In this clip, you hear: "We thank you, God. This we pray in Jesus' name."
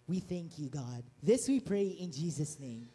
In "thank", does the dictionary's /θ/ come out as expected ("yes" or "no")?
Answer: yes